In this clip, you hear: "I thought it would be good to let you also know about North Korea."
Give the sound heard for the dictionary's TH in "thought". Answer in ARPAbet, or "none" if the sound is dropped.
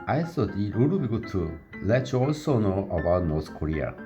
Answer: S